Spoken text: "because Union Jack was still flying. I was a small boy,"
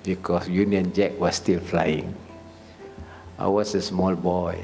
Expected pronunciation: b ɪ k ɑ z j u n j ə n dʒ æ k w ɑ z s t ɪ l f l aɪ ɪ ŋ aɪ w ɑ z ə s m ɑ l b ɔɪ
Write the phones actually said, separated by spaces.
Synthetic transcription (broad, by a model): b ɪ k ɑ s j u n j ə n dʒ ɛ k w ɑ s t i l f l aɪ ɪ ŋ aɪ w ɑ s ə s m ɑ l b ɔɪ